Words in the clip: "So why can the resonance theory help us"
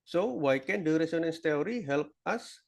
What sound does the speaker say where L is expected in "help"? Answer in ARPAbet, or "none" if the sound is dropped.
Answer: L